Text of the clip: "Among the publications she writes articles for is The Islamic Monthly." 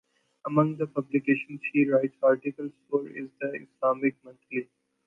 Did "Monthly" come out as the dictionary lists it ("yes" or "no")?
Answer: no